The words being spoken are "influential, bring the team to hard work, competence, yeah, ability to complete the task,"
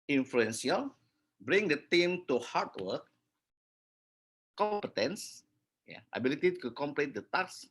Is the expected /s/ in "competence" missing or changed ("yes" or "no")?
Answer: no